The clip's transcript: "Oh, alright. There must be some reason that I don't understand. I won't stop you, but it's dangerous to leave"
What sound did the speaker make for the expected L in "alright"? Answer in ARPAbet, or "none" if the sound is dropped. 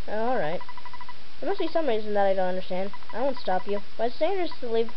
L